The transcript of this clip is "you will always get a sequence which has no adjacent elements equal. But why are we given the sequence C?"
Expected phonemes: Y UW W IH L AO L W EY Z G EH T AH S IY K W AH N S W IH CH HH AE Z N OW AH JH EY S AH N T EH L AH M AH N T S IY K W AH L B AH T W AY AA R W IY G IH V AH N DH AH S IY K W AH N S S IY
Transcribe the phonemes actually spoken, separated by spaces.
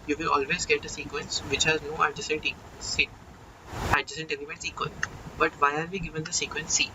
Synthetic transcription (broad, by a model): Y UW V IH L AO L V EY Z G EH T AH S IY K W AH N S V IH CH HH AE Z N OW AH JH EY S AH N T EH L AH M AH T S IY K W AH L B AH T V AY AA R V IY G IH V AH N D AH S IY K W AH N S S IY